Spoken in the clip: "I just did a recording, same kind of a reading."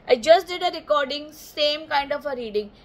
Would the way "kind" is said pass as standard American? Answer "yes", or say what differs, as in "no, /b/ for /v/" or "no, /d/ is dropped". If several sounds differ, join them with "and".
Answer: yes